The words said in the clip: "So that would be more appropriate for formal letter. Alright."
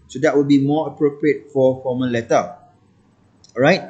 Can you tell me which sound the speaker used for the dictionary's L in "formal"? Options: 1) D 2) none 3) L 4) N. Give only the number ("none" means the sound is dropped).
4